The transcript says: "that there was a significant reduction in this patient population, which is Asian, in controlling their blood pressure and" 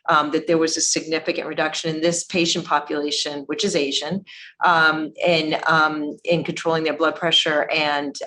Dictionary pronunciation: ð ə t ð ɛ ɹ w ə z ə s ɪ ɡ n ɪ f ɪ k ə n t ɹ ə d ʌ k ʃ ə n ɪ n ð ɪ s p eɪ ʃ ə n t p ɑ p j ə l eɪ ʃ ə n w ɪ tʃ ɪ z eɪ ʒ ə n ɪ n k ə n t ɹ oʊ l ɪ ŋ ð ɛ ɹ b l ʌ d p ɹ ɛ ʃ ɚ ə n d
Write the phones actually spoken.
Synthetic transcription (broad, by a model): ð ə t ð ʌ ɹ w ə z ə s ɪ ɡ n ɪ f ɪ k ə n t ɹ ə d ʌ k ʃ ə n ɪ n ð ɪ s p eɪ ʃ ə n p ɑ p j ə l eɪ ʃ ə n w ɪ tʃ ɪ z eɪ ʒ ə n ɪ n k ə n t ɹ oʊ l ɪ ŋ ð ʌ ɹ b l ʌ d p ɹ ɛ ʃ ɚ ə n